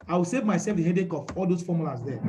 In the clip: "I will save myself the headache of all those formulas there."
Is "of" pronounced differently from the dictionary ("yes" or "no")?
yes